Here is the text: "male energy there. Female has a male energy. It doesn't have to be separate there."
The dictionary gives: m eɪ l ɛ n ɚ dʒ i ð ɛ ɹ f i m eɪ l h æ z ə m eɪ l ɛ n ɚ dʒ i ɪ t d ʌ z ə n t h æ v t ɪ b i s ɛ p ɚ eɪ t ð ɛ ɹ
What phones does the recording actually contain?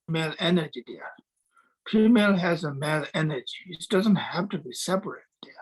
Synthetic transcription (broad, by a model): m eɪ l ɛ n ɚ dʒ i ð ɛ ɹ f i m eɪ l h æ z ə m eɪ l ɛ n ɚ dʒ i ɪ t d ʌ z ə n t h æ f t ɪ b i s ɛ p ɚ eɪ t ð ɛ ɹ